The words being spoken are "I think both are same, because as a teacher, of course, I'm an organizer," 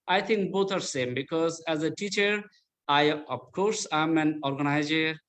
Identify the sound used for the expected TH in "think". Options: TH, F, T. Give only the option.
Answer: T